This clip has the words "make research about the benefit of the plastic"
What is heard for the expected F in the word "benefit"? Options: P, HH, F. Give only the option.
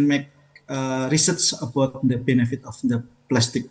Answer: F